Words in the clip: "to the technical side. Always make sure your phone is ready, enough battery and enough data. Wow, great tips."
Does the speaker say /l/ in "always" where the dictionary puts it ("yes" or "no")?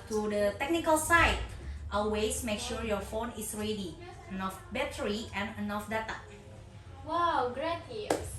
no